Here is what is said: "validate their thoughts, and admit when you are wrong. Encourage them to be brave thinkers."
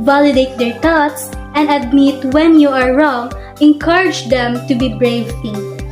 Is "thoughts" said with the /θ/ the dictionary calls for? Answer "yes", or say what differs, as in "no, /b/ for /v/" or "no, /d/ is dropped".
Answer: no, /t/ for /θ/